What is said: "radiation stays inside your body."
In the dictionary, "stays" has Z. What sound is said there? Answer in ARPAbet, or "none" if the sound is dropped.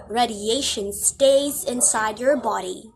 Z